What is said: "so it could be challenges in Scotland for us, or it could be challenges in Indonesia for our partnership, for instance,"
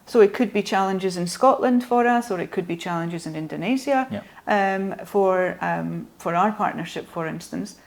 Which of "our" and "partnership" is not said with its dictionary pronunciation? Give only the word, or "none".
none